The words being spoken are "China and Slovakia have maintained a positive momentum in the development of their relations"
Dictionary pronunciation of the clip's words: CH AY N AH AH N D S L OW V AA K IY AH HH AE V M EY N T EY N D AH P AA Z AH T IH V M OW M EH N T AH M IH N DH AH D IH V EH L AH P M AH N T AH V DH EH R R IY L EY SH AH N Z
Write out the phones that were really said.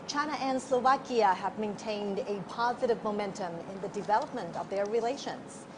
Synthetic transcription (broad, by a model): CH AY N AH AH N S L OW V AA K IY AH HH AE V M EY N T EY N D AH P AA Z AH T IH V M OW M EH N T AH M IH N DH AH D IH V EH L AH P M AH N T AH V DH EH R R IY L EY SH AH N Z